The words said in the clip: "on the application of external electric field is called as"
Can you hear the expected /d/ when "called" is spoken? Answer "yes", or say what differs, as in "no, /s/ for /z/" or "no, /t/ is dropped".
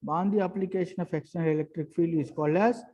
no, /d/ is dropped